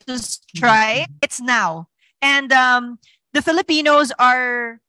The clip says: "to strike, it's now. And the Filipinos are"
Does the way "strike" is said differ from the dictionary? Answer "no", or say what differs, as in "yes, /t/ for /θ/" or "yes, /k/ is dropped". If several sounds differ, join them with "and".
yes, /k/ is dropped